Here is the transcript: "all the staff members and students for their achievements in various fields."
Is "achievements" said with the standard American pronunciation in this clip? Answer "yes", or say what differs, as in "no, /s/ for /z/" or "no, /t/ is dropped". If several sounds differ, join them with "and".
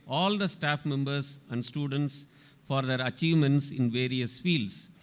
yes